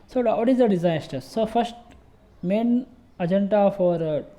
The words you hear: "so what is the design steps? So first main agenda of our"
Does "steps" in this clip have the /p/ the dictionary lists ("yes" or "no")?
no